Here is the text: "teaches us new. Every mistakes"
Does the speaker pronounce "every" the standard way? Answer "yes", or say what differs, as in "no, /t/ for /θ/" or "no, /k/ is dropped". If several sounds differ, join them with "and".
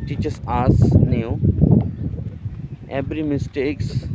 no, /b/ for /v/